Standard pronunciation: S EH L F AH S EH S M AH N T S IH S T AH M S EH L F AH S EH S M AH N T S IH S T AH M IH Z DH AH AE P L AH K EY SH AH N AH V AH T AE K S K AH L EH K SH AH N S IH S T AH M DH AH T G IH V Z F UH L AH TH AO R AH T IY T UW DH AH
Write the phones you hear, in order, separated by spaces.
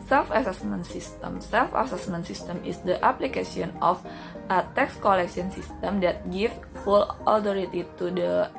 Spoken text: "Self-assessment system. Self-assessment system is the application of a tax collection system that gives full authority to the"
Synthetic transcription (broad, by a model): S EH L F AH S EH S M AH N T S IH S T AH M S EH L F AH S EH S M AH N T S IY S T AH M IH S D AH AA P L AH K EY S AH N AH F AH T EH K S K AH L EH K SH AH N S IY S T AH M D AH T G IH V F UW L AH T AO R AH T IY T UW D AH